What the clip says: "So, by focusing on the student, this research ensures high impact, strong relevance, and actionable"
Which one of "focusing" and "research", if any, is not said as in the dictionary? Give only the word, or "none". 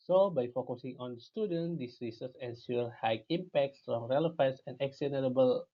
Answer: research